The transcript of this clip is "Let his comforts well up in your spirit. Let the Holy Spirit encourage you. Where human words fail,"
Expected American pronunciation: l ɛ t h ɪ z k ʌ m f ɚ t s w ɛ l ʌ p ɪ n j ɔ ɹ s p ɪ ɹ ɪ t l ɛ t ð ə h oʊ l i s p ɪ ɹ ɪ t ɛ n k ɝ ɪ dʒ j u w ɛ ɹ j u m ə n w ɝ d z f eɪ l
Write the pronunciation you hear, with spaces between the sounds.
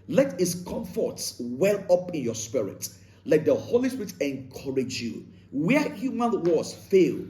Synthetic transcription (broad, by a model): l ɛ t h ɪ s k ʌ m f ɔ t s w ɛ l ʌ p ɪ n j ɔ s p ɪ ɹ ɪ t l ɛ t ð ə h oʊ l i s p ɪ ɹ ɪ t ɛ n k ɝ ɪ dʒ j u w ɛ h j u m ə n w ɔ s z f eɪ l